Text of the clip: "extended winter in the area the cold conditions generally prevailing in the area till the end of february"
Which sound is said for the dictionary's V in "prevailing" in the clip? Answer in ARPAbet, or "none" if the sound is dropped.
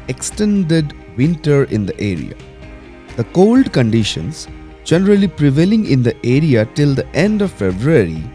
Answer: V